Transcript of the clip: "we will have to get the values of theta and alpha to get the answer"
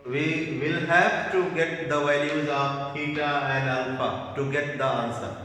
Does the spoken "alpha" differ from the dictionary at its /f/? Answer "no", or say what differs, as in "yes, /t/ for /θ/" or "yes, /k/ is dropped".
yes, /p/ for /f/